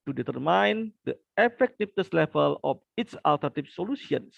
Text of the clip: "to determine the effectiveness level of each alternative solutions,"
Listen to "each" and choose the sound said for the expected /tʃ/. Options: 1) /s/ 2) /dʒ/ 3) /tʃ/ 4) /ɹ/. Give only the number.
1